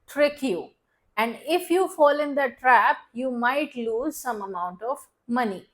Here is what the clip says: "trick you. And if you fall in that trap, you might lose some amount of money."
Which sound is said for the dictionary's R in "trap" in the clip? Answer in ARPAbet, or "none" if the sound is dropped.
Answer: R